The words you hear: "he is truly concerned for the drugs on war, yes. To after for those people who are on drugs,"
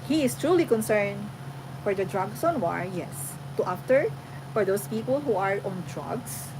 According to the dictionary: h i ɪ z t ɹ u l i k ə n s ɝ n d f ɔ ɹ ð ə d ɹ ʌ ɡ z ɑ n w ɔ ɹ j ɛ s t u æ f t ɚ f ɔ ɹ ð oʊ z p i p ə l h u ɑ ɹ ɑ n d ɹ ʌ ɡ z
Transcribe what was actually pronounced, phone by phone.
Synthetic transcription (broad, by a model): h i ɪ s t ɹ u l i k ə n s ɝ n d f ɔ ɹ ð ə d ɹ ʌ ɡ s ɑ n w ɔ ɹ j ɛ s t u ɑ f t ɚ f ɔ ɹ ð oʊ s p i p ə l h u ɑ ɹ ɑ n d ɹ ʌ ɡ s